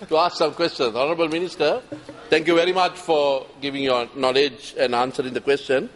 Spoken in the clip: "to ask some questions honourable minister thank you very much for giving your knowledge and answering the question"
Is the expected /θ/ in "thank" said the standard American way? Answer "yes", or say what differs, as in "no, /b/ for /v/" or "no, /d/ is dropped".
no, /t/ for /θ/